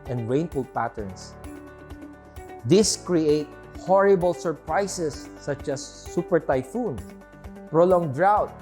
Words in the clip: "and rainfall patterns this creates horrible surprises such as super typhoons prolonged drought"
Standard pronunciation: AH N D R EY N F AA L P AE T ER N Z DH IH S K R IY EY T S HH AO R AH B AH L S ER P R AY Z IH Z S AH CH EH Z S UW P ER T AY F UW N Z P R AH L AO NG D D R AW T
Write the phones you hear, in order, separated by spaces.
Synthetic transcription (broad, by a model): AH N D R EY N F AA L P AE T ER N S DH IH S K R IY EY T HH AO R AH B AH L S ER P R AY S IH S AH CH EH S UW P ER T AY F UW N P R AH L AO NG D D R AW T